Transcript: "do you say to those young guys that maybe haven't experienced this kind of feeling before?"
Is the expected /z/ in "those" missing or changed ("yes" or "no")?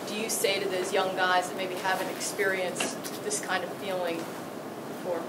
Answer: no